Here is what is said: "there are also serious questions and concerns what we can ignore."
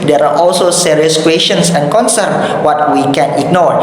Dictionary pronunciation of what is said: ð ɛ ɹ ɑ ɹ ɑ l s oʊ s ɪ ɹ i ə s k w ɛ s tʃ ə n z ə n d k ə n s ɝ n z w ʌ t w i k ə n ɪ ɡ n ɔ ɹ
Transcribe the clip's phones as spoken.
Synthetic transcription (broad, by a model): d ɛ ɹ ɑ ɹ ɑ l s oʊ s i ɹ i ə s k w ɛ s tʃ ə n s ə n k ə n s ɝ n w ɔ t w i k ə n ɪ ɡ n ɔ ɹ